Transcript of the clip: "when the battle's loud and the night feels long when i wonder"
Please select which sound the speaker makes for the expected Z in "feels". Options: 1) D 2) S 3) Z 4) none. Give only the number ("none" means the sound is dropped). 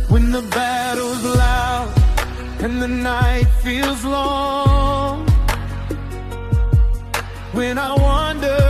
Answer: 3